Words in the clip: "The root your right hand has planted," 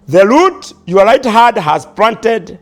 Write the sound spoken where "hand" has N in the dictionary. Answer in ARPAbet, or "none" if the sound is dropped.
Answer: none